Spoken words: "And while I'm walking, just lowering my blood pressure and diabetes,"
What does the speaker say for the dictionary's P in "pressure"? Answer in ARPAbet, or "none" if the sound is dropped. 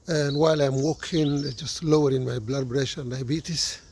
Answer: B